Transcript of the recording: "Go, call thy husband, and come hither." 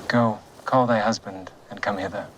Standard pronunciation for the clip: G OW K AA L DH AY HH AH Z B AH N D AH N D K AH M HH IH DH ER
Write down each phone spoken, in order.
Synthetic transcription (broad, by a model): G OW K AA L DH AY HH AH Z B AH N D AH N K AH M HH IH DH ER